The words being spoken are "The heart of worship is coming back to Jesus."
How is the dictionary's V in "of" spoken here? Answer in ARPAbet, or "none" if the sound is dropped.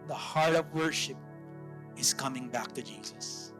V